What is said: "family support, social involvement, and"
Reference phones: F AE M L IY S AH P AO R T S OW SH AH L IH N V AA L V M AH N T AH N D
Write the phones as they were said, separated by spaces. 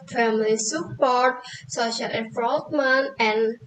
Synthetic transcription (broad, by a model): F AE M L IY S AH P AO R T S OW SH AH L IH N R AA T M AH N AH N